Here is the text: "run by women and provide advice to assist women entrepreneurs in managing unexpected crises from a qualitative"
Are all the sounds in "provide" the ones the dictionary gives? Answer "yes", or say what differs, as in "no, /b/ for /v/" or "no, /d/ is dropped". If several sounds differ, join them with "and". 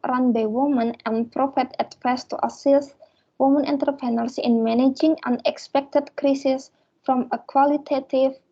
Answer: no, /f/ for /v/